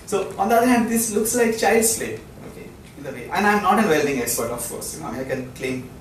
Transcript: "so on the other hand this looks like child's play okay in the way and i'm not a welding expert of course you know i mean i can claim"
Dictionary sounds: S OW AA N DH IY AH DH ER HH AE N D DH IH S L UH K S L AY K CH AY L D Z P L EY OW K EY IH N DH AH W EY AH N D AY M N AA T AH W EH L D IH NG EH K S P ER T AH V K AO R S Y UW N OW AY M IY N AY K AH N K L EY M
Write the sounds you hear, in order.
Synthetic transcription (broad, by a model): S OW AA N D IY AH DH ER HH AE N D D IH S L UH K S L AY K CH AY L D S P L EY OW K EY IH N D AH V EY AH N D AY M N AA T AH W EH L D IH NG EH K S P ER T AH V K AO R S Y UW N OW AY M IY AY K AH N K L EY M